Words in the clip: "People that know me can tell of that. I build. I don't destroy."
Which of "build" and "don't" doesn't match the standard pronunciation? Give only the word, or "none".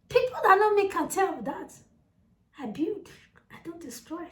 build